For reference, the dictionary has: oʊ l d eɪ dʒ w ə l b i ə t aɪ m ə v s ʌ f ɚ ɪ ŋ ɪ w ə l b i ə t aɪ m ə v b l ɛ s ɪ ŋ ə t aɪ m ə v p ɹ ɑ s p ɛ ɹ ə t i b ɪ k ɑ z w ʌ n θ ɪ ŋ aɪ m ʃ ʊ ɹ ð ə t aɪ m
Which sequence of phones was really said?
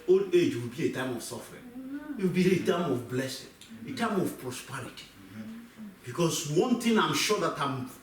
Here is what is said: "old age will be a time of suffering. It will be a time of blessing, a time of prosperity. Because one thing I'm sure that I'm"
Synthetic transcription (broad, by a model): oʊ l eɪ dʒ w ə l b i ə t aɪ m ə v s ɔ f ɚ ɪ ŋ ɪ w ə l b i ə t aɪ m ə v b l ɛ s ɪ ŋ ə t aɪ m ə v p ɹ ɑ s p ɛ ɹ ə t i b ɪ k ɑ s w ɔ n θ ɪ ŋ aɪ m ʃ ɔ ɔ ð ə t aɪ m